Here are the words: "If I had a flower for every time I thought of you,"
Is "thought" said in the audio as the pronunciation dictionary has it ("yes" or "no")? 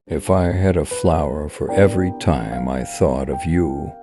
yes